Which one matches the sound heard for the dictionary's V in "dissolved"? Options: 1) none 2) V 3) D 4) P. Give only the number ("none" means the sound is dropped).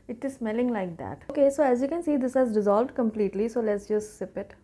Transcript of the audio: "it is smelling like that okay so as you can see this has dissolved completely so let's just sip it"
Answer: 2